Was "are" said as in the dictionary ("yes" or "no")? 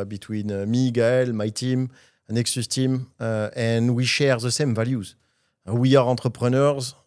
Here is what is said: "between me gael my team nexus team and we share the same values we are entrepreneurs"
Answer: yes